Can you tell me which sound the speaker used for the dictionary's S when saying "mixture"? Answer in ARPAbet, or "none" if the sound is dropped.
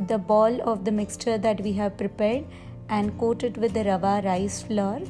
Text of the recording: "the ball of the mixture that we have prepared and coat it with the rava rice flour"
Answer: S